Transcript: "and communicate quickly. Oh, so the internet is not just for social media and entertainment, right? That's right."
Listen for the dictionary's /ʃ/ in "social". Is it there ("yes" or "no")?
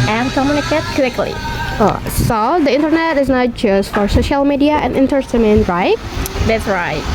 yes